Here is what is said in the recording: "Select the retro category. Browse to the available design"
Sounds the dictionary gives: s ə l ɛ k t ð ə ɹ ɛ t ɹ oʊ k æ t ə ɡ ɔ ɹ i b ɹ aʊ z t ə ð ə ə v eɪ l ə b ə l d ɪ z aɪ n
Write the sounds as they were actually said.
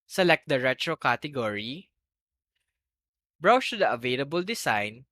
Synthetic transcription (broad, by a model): s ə l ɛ k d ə ɹ ɛ t ɹ oʊ k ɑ t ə ɡ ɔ ɹ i b ɹ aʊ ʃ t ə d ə ə v eɪ l ə b ə l d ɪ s aɪ n